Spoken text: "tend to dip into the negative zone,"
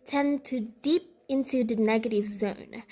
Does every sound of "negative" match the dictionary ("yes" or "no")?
yes